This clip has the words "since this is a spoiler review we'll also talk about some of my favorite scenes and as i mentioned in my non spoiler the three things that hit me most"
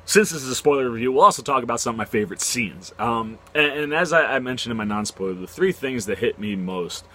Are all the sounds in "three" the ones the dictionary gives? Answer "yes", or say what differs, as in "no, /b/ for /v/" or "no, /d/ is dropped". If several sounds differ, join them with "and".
yes